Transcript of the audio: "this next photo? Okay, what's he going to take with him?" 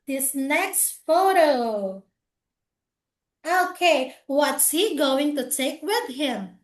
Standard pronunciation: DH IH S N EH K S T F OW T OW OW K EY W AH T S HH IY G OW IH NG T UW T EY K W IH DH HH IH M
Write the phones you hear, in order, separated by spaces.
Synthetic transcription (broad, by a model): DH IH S N EH K S T F OW T OW OW K EY W AH T S HH IY G OW IH NG T UW T EY K W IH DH HH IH M